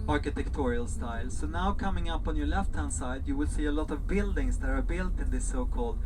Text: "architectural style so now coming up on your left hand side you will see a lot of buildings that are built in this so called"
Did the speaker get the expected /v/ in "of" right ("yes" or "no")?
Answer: yes